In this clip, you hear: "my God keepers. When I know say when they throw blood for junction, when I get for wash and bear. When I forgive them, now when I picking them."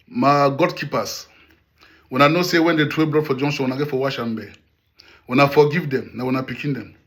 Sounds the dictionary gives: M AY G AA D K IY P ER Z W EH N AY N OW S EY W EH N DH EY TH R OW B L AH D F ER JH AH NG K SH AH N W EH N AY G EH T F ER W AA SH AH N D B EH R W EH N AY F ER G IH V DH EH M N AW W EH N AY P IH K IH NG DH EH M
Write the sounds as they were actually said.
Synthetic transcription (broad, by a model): M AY G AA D K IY P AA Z W EH N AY N OW S EY W EH N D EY T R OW B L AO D F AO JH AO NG SH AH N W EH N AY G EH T F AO W AA SH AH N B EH W EH N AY F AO G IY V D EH M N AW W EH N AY P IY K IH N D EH M